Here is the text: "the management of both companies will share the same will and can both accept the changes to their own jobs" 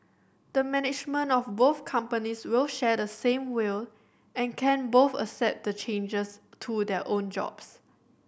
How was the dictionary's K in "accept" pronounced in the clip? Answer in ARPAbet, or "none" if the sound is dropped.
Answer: none